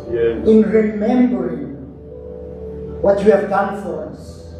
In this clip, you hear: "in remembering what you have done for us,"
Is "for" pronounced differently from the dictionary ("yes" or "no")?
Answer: no